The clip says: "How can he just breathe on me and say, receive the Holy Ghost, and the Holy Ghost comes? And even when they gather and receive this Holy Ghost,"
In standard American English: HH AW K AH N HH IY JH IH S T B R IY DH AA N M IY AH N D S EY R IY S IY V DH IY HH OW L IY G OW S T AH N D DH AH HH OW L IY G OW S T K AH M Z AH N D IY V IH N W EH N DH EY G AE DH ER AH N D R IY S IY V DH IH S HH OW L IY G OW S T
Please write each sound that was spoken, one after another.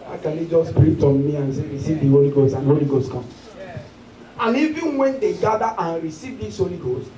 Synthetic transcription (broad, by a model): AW K AH N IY JH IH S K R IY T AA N M IY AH N S EY R IY S IY V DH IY HH OW L IY G OW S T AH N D HH OW L IY G OW S T K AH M AH N IY V IH N W EH N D EY G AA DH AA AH N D R IY S IY V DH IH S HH OW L IY G OW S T